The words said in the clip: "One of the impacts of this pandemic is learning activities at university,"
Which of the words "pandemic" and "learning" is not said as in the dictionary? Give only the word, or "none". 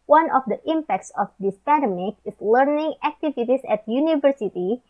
pandemic